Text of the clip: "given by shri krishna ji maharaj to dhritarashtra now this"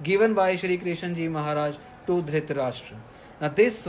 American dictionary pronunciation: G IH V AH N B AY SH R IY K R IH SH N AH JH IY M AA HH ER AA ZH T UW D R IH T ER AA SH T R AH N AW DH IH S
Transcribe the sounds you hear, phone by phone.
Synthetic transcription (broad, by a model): G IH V AH N B AY SH R IY K R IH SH N JH IY M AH HH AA AA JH T UW D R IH T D AA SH T R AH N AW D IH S